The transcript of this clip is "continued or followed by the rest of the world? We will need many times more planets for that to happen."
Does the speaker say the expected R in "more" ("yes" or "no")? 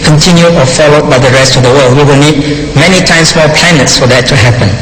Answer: no